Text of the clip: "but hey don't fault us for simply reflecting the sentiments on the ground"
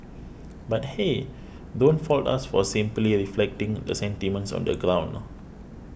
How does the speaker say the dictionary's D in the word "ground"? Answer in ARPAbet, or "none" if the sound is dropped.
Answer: none